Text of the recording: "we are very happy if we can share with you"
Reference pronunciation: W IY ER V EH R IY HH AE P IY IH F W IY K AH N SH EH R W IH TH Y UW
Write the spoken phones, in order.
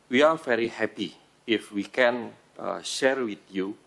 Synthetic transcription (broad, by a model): W IY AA V EH R IY HH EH P IY IH F W IY K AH N SH EH R W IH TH Y UW